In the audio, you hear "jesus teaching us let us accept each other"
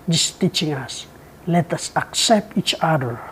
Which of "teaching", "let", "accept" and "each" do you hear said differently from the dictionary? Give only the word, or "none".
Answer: none